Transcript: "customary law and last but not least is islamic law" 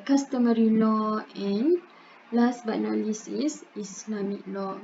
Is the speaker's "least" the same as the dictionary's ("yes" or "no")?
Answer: no